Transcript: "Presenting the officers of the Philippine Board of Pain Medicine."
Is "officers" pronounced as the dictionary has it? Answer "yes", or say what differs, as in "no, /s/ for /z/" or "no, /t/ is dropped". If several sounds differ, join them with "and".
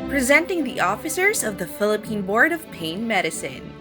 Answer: yes